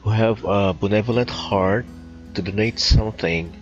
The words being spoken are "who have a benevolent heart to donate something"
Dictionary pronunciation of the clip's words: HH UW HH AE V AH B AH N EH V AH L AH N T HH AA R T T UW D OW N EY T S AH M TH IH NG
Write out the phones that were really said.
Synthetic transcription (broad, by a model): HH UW HH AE V AH B AH N EH V AH L AH N T HH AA R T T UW D OW N EY T S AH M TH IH NG